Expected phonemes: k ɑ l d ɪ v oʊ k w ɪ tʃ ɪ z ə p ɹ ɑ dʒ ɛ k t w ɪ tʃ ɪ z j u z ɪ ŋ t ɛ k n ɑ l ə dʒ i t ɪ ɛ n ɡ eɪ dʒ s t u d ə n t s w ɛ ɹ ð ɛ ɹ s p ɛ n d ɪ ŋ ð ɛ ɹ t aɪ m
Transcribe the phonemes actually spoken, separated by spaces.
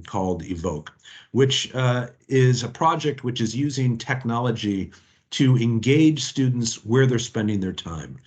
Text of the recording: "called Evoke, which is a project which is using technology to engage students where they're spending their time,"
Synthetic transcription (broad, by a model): k ɑ l d ɪ v oʊ k w ɪ tʃ ɪ z ə p ɹ ɑ dʒ ɛ k t w ɪ tʃ ɪ z j u z ɪ ŋ t ɛ k n ɑ l ə dʒ i t ɪ ɛ n ɡ eɪ dʒ s t u d n t s w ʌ ɹ ð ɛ ɹ s p ɛ n d ɪ ŋ ð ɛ ɹ t aɪ m